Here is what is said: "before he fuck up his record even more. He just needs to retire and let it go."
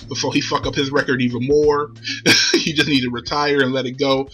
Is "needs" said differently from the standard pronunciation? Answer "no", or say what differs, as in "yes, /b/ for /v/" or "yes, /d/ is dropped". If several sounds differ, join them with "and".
yes, /z/ is dropped